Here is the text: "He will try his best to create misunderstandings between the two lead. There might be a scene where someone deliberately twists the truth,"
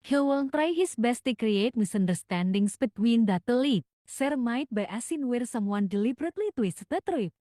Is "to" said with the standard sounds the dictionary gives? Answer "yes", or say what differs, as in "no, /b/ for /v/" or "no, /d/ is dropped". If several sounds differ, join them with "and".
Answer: yes